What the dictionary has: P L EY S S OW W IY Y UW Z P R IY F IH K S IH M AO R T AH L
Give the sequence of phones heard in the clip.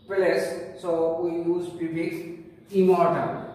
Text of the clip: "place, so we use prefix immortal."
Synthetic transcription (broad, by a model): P L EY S S OW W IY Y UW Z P IY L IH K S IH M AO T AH